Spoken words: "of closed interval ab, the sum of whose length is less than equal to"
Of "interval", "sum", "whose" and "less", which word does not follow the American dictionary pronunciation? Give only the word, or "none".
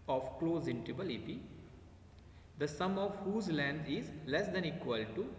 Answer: interval